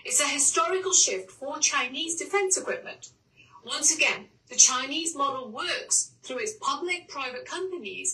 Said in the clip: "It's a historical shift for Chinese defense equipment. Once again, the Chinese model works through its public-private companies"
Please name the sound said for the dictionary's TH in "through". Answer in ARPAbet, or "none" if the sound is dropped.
TH